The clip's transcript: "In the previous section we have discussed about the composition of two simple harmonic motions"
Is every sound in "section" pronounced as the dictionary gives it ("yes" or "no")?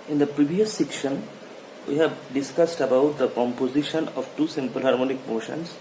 yes